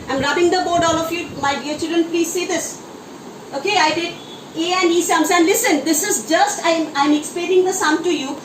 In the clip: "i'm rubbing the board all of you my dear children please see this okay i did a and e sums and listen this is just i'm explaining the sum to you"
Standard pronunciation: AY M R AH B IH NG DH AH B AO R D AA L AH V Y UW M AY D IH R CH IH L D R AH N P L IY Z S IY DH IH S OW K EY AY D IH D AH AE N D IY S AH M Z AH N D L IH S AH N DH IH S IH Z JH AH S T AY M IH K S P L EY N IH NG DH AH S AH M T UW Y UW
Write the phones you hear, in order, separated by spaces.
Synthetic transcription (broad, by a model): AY M R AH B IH NG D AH B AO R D AA L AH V Y UW M AY D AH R CH IH L D R AH N P L IY Z S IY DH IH S OW K EY AY D IH D AH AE N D IY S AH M S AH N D L IH S AH N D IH S IH Z JH AH S T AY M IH K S P EY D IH NG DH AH S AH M T UW Y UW